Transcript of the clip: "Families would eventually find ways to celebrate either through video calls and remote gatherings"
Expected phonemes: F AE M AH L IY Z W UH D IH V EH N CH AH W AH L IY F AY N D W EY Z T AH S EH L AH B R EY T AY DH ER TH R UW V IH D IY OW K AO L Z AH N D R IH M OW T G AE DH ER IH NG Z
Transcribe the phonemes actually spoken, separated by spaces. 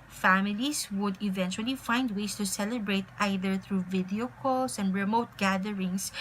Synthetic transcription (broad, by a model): F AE M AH L IY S W UH D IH V EH N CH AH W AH L IY F AY N D W EY S T AH S EH L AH B R EY T AY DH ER TH R UW V IH D IY OW K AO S AH N D R IH M OW T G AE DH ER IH NG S